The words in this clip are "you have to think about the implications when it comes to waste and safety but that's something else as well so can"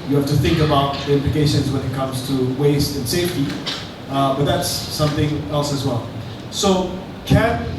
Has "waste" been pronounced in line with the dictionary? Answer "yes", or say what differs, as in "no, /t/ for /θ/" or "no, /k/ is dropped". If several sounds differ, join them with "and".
yes